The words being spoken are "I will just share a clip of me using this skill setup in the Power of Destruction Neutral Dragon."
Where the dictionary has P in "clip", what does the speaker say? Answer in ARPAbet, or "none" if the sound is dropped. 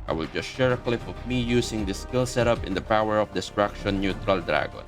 F